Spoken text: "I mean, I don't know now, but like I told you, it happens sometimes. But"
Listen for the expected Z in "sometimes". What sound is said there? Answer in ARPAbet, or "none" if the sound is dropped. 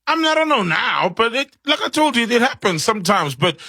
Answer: Z